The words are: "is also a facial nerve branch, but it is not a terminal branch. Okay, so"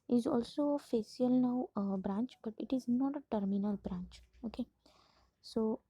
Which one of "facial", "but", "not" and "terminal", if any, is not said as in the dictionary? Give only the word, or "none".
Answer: facial